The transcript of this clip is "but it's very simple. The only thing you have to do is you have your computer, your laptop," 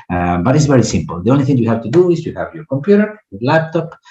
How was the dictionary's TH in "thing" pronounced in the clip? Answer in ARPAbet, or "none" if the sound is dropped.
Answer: TH